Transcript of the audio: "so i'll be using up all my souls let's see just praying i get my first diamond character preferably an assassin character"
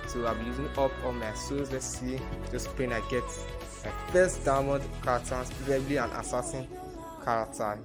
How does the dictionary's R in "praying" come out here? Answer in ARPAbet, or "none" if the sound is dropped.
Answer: none